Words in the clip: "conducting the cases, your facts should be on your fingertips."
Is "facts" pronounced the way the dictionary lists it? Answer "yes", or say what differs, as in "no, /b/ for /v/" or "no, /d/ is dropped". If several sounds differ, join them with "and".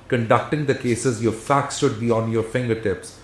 yes